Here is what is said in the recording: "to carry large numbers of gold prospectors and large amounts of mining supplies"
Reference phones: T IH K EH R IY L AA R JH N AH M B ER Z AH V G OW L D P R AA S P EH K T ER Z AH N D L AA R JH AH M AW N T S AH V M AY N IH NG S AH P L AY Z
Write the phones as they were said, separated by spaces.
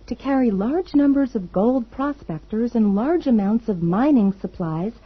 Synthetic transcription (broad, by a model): T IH K EH R IY L AA R JH N AH M B ER Z AH V G OW L D P R AA S P EH K T ER Z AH N L AA R JH AH M AW N T S AH V M AY N IH NG S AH P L AY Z